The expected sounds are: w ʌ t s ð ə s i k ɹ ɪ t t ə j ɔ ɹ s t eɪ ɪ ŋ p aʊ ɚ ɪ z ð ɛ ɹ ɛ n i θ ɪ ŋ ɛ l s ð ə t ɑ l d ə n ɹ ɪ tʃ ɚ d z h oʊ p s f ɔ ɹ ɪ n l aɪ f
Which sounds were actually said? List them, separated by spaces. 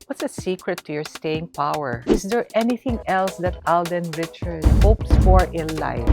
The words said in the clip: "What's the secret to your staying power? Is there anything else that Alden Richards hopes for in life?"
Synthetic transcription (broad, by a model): w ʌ t s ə s i k ɹ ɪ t t ə j ɔ ɹ s t eɪ ɪ ŋ p aʊ ɚ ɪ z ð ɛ ɹ ɛ n i θ ɪ ŋ ɛ l s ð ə t ɑ l d ə n ɹ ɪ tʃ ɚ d h oʊ p s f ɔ ɹ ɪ l l aɪ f